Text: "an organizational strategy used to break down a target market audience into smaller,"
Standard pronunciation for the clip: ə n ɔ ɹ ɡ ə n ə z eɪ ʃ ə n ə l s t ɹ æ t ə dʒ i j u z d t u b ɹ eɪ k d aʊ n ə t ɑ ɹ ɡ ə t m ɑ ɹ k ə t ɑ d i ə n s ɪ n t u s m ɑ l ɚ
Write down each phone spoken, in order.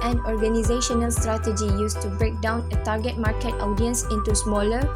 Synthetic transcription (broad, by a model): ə n ɔ ɹ ɡ ə n ə z eɪ ʃ ə n ə l s t ɹ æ t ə dʒ i j u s t u b ɹ eɪ k d aʊ n ə t ɑ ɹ ɡ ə t m ɑ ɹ k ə t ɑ d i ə n s ɪ n t u s m ɑ l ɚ